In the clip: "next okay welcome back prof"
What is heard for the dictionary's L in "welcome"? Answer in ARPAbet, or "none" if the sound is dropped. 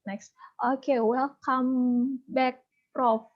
none